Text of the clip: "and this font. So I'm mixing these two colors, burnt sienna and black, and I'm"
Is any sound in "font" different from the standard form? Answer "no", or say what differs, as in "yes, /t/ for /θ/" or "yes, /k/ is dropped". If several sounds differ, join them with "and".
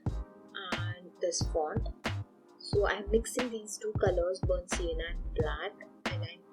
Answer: yes, /p/ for /f/